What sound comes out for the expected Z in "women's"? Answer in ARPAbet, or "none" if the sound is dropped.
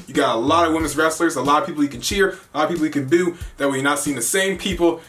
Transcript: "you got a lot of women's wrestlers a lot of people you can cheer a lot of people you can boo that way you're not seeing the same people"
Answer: Z